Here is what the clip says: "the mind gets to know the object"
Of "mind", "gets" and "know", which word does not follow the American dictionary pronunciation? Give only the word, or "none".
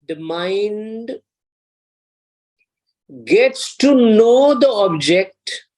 none